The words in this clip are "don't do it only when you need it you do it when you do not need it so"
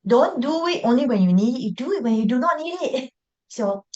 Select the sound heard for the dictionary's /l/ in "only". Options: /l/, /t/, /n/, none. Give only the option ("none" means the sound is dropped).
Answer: /l/